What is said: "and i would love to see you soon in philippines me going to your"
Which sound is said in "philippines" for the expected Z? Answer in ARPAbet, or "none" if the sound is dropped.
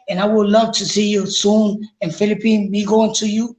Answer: none